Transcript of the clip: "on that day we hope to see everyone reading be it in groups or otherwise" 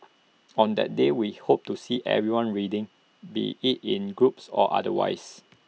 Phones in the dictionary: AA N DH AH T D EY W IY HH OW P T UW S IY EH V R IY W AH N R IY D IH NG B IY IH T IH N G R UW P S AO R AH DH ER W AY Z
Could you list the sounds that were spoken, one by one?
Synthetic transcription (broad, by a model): AA N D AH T D EY W IY HH OW P T UW S IY EH V R IY W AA N R IY D IH NG B IY IH T IH N G R UW P S AO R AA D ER W AY S